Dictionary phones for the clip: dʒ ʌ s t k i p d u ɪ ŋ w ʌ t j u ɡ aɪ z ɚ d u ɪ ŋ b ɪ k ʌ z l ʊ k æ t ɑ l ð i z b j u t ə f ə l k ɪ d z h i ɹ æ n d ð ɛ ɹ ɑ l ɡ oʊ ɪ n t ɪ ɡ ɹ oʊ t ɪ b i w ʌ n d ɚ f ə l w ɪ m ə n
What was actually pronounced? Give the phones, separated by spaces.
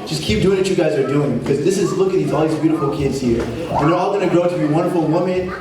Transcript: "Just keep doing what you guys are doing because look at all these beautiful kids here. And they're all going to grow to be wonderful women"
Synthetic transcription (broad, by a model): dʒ ʌ s k i p d u ɪ ŋ w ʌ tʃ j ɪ ɡ aɪ z ɚ d u ɪ ŋ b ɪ k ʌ z l ʊ k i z ɑ l ð i z b j u t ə f l k ɪ d z h i ɹ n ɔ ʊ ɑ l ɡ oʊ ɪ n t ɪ ɡ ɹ oʊ t ɪ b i w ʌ n d ɚ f l w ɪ m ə n